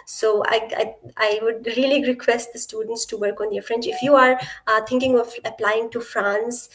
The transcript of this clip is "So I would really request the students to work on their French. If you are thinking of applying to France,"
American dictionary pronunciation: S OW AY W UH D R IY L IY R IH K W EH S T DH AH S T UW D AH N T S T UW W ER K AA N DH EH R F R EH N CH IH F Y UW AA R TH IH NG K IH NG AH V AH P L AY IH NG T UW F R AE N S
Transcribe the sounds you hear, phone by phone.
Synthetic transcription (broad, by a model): S OW AY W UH D R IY L IY R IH K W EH S T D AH S T UW D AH N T S T UW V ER K AA N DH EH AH F R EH N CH IH F Y UW AA R T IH NG K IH NG AH V AH P L AY IH NG T UW F R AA N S